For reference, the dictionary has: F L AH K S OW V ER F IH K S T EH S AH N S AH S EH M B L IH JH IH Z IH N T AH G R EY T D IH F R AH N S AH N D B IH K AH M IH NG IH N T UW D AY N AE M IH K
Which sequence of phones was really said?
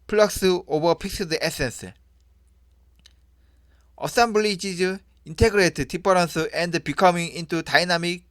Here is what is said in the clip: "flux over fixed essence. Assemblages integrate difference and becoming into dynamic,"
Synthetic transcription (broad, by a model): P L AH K S OW B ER P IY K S T EH S AH N S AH S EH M B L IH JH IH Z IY N T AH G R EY T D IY P R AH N S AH N D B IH K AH M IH NG IH N T UW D AY N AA M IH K